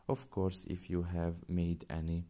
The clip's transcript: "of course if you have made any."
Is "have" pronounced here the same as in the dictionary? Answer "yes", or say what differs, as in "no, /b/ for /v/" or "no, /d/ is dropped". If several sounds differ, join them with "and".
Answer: yes